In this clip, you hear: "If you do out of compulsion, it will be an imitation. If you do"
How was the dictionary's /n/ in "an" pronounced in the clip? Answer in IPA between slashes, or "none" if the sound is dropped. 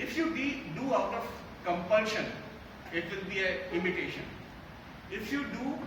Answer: /l/